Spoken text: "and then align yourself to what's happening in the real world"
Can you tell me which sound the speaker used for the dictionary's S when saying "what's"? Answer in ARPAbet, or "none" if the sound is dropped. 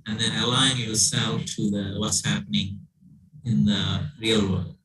S